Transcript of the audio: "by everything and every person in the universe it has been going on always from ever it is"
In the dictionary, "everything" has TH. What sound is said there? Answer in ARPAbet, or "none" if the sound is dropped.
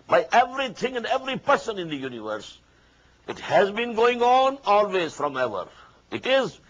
T